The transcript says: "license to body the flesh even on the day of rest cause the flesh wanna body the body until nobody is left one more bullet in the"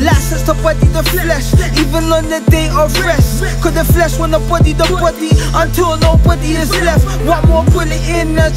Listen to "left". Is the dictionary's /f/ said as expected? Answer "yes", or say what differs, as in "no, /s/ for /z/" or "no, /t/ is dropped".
yes